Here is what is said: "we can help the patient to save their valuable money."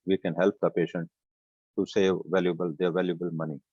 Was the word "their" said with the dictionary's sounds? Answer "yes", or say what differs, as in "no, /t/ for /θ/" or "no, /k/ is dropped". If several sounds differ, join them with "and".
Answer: no, /l/ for /ɹ/